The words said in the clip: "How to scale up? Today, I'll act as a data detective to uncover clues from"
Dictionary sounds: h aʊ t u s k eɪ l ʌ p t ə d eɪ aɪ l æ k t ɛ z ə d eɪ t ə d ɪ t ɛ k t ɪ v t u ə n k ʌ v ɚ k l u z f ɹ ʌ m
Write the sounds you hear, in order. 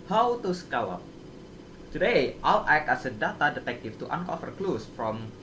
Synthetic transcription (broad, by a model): h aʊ t u s k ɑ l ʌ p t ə d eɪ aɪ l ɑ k ɑ s ə d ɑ t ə d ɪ t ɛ k t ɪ f t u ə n k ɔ f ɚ k l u s f ɹ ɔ m